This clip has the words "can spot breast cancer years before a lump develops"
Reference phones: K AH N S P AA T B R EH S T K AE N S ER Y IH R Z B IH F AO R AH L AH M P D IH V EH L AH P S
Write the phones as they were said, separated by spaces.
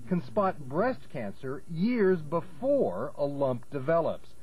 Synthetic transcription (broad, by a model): K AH N S P AA T B R EH S T K AE N S ER Y IH R Z B IH F AO R AH L AH M P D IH V EH L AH P S